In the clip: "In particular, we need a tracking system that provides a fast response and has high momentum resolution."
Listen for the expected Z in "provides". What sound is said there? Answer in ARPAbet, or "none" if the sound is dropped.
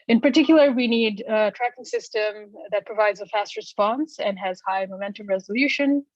Z